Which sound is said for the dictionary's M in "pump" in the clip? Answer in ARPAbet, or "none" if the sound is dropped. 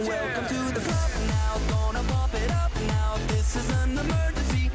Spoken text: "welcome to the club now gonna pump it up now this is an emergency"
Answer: none